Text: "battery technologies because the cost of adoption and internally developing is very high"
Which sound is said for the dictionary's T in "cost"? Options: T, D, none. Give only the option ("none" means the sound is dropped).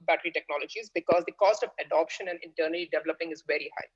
T